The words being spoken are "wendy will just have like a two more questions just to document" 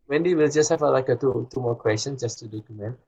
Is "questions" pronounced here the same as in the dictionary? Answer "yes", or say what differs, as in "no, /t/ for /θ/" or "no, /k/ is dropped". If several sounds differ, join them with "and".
no, /z/ is dropped